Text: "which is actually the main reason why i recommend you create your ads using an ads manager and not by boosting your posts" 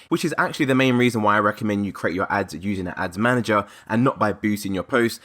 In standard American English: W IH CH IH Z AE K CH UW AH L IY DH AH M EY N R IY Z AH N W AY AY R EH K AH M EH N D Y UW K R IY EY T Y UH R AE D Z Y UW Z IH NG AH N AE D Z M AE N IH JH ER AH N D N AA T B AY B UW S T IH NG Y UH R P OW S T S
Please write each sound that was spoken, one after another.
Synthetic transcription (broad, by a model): W IH CH IH Z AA K CH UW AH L IY DH AH M EY N R IY Z AH N W AY AY R EH K AH M EH N D Y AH K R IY EY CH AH R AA D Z Y UW Z IH NG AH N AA D Z M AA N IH JH ER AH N N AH T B AY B UW T IH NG Y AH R P OW S T